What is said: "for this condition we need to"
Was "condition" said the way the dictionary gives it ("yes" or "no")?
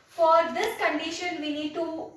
yes